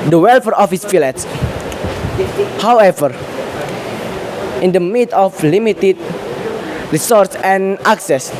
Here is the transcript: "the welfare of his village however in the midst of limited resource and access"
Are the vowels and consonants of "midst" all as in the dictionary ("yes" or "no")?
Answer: no